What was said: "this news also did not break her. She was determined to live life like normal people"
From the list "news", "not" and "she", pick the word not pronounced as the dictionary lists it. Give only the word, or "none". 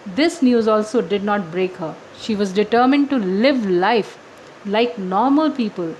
none